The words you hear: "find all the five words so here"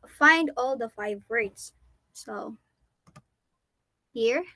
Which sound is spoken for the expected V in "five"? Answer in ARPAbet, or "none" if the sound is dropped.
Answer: V